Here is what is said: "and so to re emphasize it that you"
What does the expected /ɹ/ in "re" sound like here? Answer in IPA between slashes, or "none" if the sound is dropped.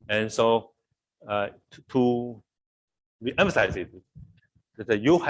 /w/